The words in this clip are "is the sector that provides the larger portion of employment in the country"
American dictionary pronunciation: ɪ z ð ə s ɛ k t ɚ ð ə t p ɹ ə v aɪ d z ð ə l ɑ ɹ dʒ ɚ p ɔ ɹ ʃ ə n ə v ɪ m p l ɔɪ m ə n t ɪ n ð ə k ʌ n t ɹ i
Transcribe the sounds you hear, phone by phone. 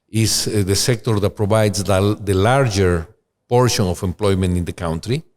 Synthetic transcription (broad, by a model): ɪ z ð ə s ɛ k t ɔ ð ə t p ɹ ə b aɪ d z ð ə l ɑ ɹ dʒ ɚ p ɔ ɹ ʃ ə n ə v ɪ m p l ɔɪ m ə n t ɪ n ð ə k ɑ n t ɹ i